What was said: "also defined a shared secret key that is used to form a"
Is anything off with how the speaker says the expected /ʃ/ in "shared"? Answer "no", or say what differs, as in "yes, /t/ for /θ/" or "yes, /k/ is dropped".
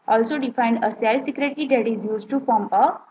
yes, /s/ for /ʃ/